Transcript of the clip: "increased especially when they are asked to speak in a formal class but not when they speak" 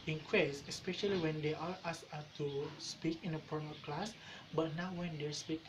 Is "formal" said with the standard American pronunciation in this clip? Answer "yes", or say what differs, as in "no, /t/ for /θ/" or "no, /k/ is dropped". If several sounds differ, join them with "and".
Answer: no, /p/ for /f/